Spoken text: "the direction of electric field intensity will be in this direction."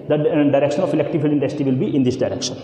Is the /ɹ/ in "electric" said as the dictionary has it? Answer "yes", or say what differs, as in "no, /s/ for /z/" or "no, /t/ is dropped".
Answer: no, /ɹ/ is dropped